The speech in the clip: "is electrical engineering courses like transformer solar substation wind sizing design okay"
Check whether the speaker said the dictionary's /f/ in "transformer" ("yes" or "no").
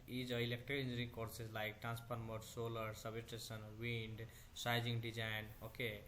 no